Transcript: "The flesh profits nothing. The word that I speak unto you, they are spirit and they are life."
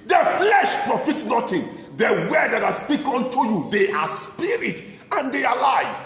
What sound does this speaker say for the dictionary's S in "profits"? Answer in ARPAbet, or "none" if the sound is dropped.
S